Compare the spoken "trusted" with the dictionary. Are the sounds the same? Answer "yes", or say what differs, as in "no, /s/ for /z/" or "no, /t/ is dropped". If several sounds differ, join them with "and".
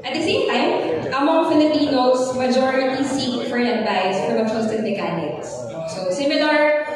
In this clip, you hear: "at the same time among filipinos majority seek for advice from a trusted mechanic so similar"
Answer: no, /ɹ/ is dropped